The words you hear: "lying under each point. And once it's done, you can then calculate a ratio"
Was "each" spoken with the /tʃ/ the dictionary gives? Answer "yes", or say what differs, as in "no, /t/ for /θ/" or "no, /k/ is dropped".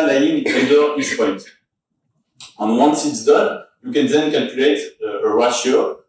no, /s/ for /tʃ/